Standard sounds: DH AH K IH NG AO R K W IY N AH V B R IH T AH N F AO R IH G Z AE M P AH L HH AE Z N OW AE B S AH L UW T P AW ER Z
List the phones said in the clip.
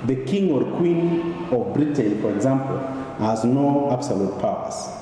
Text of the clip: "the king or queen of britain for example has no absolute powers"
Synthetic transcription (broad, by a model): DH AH K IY NG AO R K W IY N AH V B R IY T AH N F AO R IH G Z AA M P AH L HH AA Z N OW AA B S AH L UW T P AW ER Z